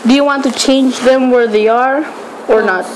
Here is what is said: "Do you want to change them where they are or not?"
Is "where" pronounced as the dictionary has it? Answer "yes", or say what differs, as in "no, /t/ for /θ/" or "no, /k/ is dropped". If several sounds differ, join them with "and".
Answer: yes